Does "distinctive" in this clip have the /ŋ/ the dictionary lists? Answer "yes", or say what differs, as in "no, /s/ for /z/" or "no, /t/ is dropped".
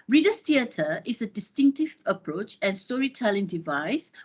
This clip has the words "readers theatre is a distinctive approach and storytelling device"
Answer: yes